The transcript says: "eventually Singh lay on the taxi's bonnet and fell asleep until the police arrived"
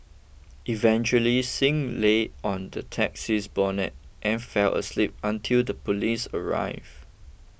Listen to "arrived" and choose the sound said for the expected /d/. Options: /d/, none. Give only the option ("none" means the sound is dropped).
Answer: none